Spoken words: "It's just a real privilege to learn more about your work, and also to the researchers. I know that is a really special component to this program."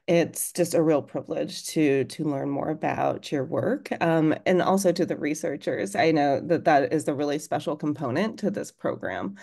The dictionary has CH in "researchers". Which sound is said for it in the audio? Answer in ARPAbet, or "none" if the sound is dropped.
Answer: CH